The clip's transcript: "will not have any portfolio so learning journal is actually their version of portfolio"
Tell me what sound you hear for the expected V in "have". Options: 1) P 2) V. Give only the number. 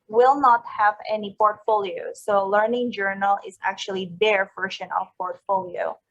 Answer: 2